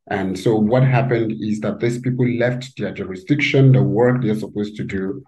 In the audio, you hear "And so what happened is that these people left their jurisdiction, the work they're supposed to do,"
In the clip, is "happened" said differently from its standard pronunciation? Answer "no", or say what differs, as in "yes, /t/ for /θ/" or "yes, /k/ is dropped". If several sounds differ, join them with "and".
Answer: no